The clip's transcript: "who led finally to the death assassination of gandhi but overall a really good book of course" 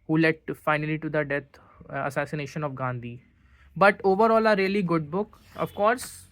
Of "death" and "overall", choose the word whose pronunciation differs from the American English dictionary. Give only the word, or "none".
death